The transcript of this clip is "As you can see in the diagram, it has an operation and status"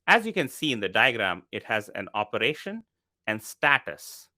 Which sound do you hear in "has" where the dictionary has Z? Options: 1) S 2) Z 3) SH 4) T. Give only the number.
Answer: 2